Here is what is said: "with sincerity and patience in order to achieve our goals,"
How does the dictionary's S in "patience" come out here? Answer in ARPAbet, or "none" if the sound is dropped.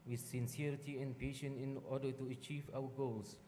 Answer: none